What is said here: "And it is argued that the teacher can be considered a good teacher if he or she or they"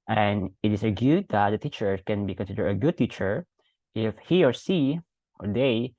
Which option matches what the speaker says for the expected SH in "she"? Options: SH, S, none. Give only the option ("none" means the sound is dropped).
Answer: S